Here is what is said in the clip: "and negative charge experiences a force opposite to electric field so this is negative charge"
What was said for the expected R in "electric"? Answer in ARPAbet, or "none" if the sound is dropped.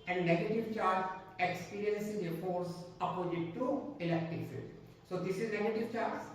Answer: none